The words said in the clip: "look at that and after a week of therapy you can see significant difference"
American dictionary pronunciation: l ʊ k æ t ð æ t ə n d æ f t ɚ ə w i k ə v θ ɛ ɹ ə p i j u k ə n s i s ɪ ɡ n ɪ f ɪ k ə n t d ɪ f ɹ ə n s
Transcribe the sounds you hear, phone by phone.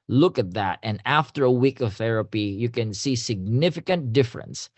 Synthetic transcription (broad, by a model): l ʊ k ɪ t ð æ t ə n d æ f t ɚ ə w i k ə v θ ɛ ɹ ə p i j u k ə n s i s ɪ ɡ n ɪ f ɪ k ə n t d ɪ f ɹ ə n s